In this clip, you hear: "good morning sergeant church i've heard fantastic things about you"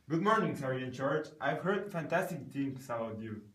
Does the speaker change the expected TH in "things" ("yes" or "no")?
yes